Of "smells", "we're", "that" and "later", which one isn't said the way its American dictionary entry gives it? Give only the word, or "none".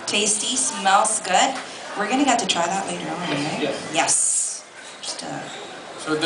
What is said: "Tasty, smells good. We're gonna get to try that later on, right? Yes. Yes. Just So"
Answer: smells